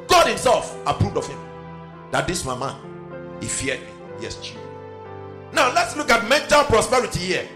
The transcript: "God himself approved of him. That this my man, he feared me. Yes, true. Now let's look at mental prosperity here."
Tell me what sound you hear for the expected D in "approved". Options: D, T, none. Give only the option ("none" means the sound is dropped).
D